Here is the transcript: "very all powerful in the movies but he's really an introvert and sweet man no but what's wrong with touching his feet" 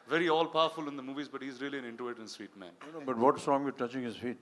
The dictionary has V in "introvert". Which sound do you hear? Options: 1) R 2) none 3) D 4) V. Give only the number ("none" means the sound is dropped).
2